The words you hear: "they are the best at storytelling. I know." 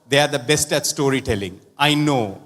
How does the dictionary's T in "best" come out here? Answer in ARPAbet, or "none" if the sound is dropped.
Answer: T